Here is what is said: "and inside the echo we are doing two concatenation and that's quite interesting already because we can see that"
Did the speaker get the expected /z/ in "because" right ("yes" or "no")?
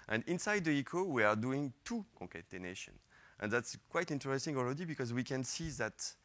yes